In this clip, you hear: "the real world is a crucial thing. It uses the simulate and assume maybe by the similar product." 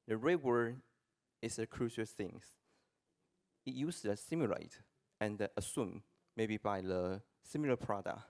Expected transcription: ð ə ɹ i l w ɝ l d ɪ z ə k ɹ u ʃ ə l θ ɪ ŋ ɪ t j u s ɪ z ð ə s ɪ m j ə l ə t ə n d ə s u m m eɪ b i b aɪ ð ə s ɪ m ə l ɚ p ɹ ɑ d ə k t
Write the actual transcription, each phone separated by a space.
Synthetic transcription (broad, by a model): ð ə ɹ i w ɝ d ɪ s ə k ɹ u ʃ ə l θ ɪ ŋ ɪ t j u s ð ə s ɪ m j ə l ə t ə n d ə s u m m eɪ b i b aɪ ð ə s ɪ m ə l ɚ p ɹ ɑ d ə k